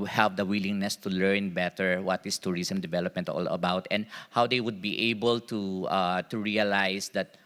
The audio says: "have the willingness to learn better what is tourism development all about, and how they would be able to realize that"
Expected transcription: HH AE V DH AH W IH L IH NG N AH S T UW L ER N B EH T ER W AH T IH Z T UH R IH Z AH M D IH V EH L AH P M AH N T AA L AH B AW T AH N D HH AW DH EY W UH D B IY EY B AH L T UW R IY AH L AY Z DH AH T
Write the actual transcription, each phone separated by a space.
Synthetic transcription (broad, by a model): HH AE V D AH W IH L IH NG N AH S T UW L ER N B EH T ER W AH T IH S T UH R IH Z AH M D IH V EH L AH P M AH N T AA L AH B AW T AH N D HH AW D EY W UH D B IY EY B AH L T UW R IY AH L AY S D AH T